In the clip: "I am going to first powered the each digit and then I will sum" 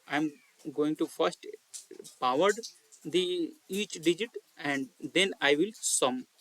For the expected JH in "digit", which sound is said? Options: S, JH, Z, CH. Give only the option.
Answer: JH